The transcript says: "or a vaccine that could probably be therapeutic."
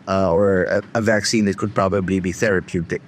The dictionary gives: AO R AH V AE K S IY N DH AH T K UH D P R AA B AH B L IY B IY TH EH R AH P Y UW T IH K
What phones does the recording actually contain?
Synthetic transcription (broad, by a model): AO R AH V AE K S IY N DH AH T K UH D P R AA B AH B L IY B IY TH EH R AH P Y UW T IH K